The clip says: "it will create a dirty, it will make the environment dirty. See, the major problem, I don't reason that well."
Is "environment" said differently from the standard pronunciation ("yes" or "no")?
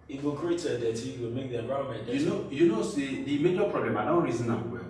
yes